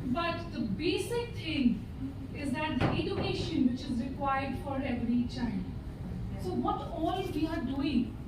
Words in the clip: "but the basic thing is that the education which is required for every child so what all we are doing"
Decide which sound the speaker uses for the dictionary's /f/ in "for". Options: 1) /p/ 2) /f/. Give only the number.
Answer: 2